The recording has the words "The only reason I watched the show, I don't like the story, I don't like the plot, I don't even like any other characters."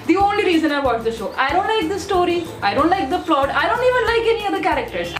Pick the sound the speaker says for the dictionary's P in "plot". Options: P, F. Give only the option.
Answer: F